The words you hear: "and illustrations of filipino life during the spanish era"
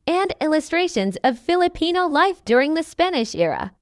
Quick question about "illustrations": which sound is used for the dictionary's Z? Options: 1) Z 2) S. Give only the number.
1